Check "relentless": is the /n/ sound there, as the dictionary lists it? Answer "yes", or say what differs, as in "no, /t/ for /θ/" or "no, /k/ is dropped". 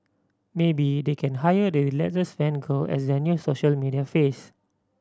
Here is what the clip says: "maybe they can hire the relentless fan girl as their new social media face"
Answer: no, /n/ is dropped